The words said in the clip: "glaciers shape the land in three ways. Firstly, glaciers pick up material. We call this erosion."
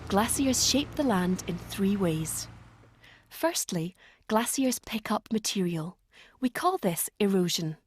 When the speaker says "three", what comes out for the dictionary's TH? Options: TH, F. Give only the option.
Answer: TH